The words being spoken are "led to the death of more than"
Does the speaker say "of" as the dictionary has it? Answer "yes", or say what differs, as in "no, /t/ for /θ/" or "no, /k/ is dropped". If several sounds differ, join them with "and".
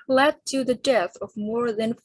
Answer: yes